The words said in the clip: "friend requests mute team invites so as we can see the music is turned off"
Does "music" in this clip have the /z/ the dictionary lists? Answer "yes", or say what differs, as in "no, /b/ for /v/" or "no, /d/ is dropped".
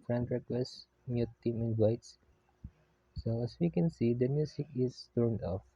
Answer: no, /s/ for /z/